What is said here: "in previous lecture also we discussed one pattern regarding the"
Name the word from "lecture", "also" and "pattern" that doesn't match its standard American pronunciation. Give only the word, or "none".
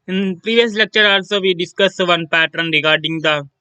none